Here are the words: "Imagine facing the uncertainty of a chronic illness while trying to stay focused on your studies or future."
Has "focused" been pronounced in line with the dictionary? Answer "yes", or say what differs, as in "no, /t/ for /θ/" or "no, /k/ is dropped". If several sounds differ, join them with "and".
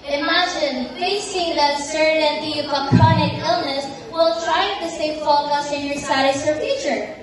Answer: no, /t/ is dropped